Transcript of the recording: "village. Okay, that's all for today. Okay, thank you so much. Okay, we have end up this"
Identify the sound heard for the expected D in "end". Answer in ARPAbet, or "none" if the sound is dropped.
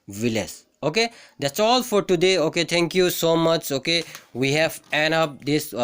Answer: none